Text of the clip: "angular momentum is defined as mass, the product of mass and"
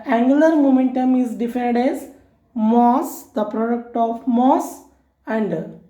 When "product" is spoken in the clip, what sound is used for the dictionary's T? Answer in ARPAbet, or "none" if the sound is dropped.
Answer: T